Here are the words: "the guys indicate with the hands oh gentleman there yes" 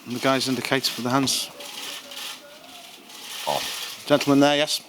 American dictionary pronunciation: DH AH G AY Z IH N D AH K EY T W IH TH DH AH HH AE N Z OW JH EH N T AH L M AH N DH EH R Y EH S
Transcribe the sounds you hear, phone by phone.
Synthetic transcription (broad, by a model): DH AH G AY Z IH N D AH K EY T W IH DH AH HH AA N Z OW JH EH N T L M AH N DH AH Y EH S